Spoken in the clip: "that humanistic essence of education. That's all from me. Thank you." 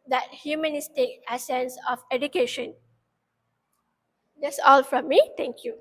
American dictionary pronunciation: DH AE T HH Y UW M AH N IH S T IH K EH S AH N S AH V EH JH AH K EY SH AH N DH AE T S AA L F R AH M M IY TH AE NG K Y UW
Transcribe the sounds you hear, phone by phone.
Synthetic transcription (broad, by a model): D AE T HH Y UW M AH N IH S T IH K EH S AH N S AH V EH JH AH K EY SH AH N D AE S AA L F R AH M M IY T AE NG K Y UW